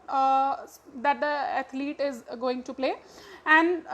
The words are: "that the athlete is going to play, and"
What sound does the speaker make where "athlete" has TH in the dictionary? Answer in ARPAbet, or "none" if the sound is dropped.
T